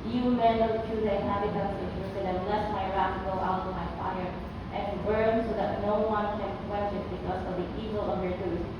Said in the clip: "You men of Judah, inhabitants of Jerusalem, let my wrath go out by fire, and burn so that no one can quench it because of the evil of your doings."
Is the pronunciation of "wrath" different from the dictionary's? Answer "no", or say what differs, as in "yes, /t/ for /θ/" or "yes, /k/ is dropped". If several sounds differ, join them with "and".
yes, /t/ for /θ/